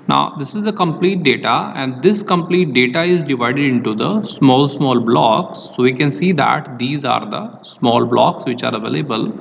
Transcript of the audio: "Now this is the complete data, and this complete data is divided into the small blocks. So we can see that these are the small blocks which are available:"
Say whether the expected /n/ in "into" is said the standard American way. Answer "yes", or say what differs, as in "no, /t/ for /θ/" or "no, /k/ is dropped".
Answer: yes